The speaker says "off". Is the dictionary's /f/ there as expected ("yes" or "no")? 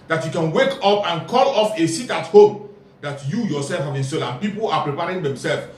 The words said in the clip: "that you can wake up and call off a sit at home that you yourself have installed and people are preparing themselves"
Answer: yes